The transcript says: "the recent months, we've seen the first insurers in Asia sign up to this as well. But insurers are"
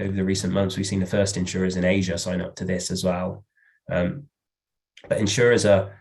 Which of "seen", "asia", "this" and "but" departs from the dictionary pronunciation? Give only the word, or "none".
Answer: none